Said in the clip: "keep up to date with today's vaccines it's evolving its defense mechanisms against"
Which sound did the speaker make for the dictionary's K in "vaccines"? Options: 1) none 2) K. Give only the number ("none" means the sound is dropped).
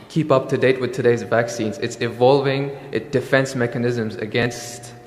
2